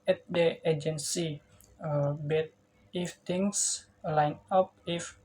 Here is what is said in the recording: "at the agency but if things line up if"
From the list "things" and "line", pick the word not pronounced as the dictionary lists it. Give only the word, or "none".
things